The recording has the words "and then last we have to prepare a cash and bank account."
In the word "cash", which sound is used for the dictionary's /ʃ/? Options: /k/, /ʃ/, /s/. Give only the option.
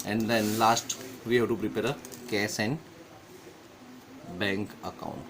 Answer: /s/